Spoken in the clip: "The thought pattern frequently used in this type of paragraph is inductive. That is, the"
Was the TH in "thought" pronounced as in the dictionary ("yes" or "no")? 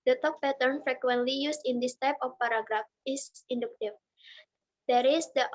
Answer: no